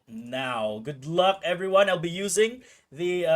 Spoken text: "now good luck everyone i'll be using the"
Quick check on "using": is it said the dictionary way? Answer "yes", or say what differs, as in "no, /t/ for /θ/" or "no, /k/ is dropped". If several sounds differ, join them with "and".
yes